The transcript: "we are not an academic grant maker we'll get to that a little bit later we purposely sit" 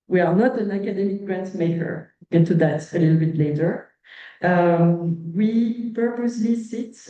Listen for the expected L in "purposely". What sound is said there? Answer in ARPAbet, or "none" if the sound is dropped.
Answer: L